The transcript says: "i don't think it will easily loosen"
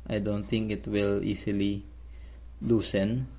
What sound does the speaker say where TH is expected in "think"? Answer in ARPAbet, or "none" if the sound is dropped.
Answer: T